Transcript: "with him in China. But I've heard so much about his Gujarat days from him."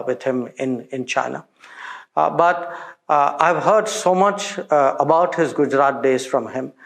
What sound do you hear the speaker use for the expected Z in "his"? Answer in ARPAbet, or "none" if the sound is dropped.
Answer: Z